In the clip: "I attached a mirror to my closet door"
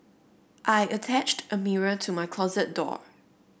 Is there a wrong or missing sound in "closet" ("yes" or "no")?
no